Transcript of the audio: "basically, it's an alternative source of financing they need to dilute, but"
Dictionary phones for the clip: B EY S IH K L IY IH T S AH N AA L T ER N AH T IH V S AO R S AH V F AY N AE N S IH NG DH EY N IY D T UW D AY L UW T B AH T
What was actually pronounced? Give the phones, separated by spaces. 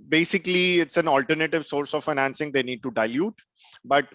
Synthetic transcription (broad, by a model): B EY S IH K L IY IH T S AH N AA L T ER N AH T IH V S AO R S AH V F AY N AE N S IH NG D EY N IY D T UW D AY L UW T B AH T